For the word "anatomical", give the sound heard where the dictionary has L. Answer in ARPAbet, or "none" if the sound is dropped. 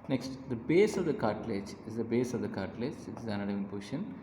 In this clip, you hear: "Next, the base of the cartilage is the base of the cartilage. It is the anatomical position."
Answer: N